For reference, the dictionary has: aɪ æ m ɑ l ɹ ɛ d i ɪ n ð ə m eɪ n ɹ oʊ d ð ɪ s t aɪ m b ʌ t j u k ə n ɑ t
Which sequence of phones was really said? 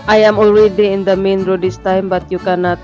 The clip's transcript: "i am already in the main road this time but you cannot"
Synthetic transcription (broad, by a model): aɪ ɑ m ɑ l w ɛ d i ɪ n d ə m eɪ n ɹ oʊ d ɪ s t aɪ m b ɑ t j u k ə n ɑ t